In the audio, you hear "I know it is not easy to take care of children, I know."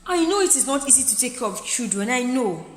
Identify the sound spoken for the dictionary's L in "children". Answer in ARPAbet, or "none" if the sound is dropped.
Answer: none